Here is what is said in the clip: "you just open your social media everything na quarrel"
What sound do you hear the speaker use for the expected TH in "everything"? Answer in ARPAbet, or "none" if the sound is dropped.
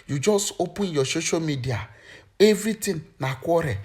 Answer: T